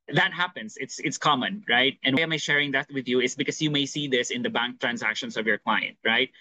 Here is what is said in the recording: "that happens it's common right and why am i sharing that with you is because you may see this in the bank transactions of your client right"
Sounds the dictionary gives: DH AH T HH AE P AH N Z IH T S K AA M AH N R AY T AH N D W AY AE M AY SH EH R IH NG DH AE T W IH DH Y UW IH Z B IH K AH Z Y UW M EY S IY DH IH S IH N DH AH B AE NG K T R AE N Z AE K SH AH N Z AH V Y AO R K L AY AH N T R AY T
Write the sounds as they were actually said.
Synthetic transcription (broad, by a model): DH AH T HH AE P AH N S IH T S K AA M AH N R AY T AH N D W AY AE M AY SH EH R IH NG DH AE T W IH DH Y UW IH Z B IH K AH S Y UW M EY S IY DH IH S IH N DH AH B AE NG K T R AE N S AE K SH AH N S AH V Y AO R K L AY AH N T R AY T